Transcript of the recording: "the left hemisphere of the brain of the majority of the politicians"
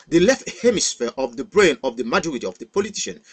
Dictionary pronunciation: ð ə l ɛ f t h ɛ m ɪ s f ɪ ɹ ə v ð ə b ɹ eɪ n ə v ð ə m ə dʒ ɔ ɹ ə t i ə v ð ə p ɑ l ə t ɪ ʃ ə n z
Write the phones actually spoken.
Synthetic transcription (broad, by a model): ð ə l ɛ f t h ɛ m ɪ s f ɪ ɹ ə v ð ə b ɹ eɪ n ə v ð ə m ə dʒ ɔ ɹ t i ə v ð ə p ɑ l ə t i ʃ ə n